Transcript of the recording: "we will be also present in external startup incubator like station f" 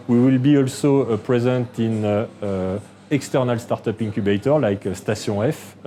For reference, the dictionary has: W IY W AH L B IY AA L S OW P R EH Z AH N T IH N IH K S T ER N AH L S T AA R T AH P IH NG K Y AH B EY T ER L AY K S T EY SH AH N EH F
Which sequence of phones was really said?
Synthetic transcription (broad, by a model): W IY W AH L B IY AA L S OW P R EH Z AH N T IH N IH K S T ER N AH L S T AA R T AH P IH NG K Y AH B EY T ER L AY K S T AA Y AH EH F